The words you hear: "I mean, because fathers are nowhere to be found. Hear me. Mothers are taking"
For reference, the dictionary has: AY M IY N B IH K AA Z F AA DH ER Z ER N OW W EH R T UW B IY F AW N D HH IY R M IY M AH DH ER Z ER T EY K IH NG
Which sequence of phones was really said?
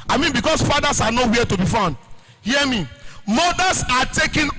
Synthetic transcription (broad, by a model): AY M IY N B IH K AA S F AA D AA S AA N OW W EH T UW B IY F AW N D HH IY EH M IY M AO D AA S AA T EY K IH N